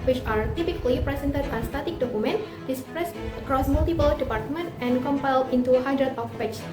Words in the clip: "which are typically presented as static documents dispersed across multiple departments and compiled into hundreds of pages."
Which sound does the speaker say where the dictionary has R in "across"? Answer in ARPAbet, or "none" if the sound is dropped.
R